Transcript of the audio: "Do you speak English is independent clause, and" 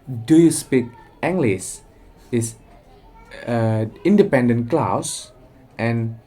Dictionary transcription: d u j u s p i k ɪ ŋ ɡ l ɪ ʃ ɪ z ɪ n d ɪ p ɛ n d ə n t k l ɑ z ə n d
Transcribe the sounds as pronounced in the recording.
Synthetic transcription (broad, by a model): d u j u s p i k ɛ ŋ ɡ l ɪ s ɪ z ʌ n d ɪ p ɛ n d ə n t k l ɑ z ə n